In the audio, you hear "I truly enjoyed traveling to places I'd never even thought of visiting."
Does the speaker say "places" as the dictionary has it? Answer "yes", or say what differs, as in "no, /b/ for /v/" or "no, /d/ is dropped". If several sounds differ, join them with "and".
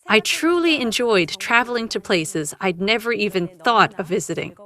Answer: yes